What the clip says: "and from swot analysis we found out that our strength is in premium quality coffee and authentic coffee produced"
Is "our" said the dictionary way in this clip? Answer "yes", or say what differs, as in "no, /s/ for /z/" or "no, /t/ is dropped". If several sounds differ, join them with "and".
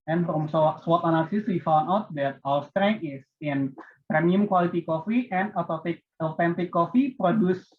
no, /l/ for /ɹ/